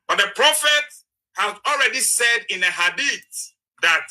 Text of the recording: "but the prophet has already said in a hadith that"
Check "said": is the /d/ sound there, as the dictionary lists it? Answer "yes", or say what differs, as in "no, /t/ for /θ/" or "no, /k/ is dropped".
yes